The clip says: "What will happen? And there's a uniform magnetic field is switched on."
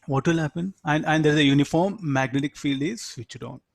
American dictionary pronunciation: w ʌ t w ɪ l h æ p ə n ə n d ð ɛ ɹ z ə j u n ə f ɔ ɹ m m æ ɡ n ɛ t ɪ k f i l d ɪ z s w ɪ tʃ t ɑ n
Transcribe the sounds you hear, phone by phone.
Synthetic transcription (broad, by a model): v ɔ t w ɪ l h æ p ə n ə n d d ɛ ɹ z ə j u n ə f ɔ ɹ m m æ ɡ n ɛ t ɪ k f i l d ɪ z s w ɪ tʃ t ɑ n